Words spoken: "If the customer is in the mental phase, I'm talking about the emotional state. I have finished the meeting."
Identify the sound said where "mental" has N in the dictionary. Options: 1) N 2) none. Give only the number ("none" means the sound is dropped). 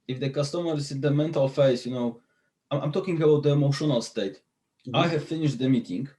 1